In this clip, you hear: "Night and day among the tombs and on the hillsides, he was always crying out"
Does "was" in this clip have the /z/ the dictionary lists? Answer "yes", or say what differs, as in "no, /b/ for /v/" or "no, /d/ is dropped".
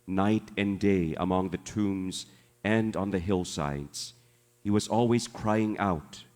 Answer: yes